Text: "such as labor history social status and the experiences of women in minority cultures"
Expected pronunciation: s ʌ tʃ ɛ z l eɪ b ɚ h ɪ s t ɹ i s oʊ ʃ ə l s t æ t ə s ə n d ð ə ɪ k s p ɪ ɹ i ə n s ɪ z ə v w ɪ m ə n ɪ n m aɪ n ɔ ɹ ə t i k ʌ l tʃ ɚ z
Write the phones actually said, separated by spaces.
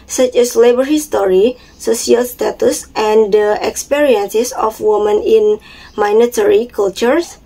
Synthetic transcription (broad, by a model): s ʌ tʃ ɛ s l eɪ b ɚ h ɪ s t ɹ i s oʊ s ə l s t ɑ t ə s ə n d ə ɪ k s p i ɹ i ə n s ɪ s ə f w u m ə n ɪ n m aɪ n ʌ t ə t i k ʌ l tʃ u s